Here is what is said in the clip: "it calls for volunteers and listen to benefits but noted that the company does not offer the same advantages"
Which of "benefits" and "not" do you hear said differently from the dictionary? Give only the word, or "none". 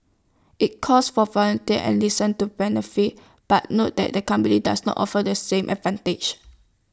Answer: benefits